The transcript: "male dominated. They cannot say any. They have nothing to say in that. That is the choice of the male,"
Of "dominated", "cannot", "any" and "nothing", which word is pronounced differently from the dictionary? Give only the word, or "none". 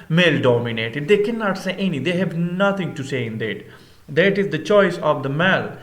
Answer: nothing